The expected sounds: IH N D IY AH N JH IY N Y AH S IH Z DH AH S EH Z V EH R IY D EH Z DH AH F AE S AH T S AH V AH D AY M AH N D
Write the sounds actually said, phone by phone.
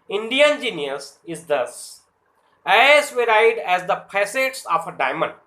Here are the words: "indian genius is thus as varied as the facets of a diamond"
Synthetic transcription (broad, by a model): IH N D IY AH N JH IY N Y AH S IH Z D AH S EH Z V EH R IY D EH Z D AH P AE S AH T S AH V AH D AY M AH N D